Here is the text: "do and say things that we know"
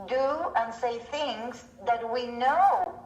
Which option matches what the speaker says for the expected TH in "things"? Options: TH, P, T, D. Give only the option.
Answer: TH